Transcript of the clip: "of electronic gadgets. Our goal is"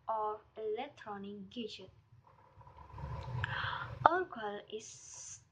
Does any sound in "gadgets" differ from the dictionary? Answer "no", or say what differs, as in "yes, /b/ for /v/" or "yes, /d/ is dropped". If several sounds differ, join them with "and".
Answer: yes, /s/ is dropped